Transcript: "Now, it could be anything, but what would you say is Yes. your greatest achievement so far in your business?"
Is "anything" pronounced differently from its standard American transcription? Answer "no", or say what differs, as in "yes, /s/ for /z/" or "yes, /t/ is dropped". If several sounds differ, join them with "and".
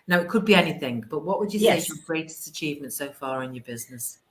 no